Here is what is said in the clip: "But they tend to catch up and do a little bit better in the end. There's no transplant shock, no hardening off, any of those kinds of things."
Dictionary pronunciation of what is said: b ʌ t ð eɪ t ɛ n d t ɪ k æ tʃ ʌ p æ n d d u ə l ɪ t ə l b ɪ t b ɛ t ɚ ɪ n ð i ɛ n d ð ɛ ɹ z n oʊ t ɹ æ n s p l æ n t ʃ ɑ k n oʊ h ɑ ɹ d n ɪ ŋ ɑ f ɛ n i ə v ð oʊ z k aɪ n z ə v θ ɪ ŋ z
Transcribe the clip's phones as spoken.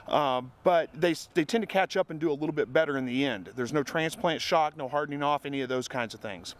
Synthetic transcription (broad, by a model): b ʌ t ð eɪ t ɛ n t ɪ k æ tʃ ʌ p n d d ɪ ə l ɪ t l b ɪ t b ɛ t ɚ ɪ n ð i ɛ n d ð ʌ ɹ z n oʊ t ɹ æ n s p l æ n t ʃ ɑ k n oʊ h ɑ ɹ d n ɪ ŋ ɑ f ɛ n i ə v ð oʊ z k aɪ n z ə v θ ɪ ŋ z